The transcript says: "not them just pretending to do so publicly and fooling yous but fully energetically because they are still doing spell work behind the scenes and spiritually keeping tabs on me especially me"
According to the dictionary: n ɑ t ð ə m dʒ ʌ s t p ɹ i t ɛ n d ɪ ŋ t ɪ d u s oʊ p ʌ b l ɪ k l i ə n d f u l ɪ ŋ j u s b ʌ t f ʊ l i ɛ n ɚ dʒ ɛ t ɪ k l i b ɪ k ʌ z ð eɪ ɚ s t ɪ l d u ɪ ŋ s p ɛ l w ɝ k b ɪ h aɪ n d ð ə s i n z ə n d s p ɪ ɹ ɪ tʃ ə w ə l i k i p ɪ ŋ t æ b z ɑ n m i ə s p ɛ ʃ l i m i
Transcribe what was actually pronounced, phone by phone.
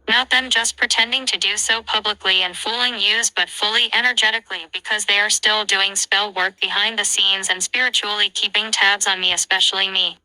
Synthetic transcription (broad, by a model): n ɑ t ð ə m dʒ ʌ s p ɹ i t ɛ n d ɪ ŋ t ɪ d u s oʊ p ʌ b l ɪ k l i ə n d f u l ɪ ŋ j u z b ʌ t f ʊ l i ɛ n ɚ dʒ ɛ t ɪ k l i b ɪ k ʌ z ð eɪ ɚ s t ɪ l d u ɪ ŋ s p ɛ l w ɝ k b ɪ h aɪ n ð ə s i n z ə n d s p ɪ ɹ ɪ tʃ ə l i k i p ɪ ŋ t æ b z n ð i ə s p ɛ ʃ l i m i